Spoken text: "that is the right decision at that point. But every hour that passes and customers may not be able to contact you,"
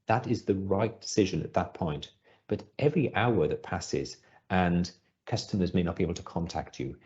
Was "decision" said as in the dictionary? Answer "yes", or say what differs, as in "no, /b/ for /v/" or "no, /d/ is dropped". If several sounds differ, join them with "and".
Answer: yes